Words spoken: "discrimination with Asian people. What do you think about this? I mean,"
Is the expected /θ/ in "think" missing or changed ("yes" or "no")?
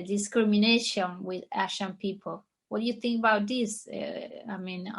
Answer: no